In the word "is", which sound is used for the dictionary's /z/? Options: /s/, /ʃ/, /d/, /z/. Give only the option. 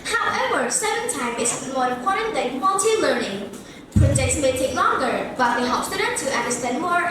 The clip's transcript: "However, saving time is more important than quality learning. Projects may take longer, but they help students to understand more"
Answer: /s/